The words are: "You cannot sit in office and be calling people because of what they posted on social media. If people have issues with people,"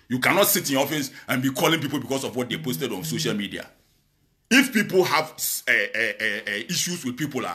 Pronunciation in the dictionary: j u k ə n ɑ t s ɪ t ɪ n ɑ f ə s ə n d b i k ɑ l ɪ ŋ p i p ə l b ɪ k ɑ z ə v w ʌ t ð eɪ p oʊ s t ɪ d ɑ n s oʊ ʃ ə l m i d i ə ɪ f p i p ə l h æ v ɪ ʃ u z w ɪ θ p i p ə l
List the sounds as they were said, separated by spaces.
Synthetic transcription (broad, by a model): j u k ə n ɑ t s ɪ t ɪ n ɑ f ə s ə n b i k ɑ l ɪ ŋ p i p ə l b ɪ k ɑ s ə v w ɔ t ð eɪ p oʊ s t ɪ d ɑ n s oʊ ʃ ə l m i d i ə ɪ f p i p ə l h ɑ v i ʃ u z w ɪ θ p i p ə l